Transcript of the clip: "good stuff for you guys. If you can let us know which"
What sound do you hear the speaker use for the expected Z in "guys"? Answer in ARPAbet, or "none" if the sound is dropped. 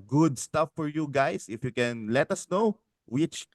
S